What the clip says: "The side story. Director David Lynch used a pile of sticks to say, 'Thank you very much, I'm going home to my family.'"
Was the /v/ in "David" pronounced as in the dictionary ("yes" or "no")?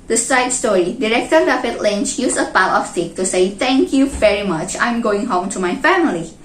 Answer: no